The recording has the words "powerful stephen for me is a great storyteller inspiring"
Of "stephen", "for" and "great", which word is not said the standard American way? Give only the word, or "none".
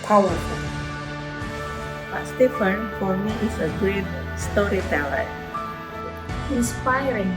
stephen